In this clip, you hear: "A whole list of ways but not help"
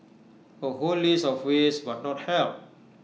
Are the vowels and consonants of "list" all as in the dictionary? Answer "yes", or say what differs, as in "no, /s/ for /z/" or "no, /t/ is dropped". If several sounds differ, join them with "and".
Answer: no, /t/ is dropped